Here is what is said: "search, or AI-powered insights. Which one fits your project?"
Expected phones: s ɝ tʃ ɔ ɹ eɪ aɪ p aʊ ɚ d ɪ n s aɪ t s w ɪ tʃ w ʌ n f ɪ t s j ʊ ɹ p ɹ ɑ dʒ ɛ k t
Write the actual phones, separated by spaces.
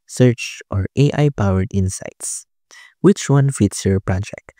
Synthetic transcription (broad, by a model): s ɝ tʃ ɔ ɹ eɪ aɪ p aʊ ɚ d ɪ n s aɪ t s w ɪ tʃ w ʌ n f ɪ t s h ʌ ɹ p ɹ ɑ dʒ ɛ k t